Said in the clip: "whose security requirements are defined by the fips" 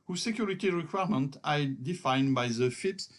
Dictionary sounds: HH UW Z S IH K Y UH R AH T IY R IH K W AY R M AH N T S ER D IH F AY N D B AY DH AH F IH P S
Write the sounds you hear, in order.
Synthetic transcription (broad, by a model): HH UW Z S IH K Y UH R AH T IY R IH K W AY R M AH N T AA D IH F AY N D B AY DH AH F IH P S